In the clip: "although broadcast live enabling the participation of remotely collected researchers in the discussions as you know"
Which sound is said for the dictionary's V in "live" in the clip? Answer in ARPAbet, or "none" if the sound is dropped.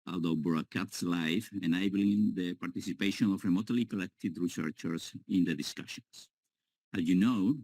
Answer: F